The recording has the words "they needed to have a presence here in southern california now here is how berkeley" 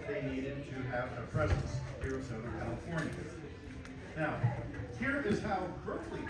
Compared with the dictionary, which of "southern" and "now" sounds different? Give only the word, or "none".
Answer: southern